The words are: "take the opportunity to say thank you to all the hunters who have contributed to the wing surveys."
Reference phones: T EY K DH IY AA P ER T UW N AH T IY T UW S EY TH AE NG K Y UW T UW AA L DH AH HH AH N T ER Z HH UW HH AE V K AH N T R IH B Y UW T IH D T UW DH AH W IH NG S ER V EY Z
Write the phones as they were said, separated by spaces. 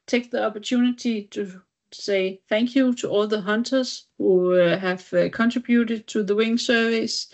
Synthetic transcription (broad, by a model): T EY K DH IY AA P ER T UW N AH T IY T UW S EY TH AE NG K Y UW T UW AA L DH AH HH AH N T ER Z HH UW HH AE V K AH N T R IH B Y UW T IH D T UW DH AH W IH NG S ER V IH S